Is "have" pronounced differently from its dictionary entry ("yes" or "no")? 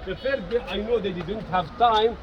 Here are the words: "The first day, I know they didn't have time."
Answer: no